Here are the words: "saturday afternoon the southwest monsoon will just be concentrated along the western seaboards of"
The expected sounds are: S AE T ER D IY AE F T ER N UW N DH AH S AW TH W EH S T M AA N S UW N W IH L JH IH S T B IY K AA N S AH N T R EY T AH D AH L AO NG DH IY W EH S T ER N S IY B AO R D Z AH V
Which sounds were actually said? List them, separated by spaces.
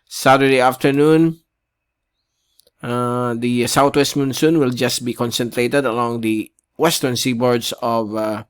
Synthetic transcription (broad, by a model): S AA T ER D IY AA F T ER N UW N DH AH S AW T W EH S T M AA N S UW N W IH L JH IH S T B IY K AA N S AH N T R EY T AH D AH L AO NG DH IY W EH S T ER N S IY B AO R D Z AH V